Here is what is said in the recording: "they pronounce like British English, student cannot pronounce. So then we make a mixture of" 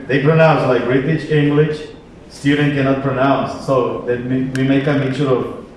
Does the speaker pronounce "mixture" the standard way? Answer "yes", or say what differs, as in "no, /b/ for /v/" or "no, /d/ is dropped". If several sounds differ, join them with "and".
no, /s/ is dropped